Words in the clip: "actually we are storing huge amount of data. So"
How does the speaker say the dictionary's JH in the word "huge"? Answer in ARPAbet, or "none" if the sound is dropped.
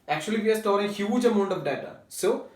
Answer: JH